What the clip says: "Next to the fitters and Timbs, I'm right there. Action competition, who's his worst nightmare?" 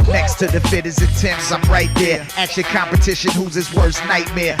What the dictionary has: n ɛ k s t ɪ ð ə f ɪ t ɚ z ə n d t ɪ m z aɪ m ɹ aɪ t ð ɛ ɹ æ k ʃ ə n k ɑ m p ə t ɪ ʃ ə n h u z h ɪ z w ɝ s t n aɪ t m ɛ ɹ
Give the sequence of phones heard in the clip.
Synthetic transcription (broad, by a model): n ɛ k s t ɪ ð ə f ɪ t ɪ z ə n t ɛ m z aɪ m ɹ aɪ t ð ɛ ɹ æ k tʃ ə l k ɑ m p ə t ɪ ʃ ə n h u z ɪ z w ɝ s n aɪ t m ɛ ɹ